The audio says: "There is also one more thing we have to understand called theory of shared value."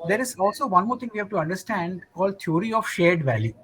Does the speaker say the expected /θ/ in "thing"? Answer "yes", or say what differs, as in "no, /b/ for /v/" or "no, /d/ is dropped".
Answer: no, /t/ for /θ/